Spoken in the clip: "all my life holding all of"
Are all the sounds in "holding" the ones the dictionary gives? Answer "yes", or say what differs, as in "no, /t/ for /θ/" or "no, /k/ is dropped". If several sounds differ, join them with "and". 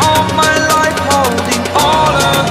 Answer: no, /l/ is dropped